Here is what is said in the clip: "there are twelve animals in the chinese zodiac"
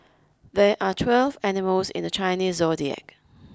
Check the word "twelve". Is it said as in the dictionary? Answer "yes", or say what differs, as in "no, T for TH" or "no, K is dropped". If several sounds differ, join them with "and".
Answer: yes